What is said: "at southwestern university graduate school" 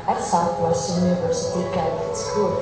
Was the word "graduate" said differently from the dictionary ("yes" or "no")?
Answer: yes